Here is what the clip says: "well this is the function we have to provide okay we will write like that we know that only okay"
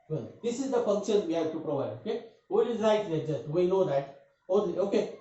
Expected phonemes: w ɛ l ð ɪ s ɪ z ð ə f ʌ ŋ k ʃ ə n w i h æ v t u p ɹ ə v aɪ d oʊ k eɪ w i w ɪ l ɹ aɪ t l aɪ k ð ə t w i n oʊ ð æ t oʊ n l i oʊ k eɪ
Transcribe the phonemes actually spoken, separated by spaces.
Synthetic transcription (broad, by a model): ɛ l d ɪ s ɪ z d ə f ʌ ŋ k ʃ ə n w i h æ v t u p ɹ ə v aɪ d oʊ k eɪ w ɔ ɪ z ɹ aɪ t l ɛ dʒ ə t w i n oʊ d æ t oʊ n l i oʊ k eɪ